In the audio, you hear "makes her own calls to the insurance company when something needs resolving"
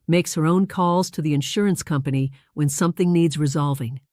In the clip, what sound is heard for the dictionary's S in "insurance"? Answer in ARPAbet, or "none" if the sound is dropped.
S